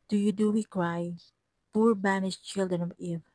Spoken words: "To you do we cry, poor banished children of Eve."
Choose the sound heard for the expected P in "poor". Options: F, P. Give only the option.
P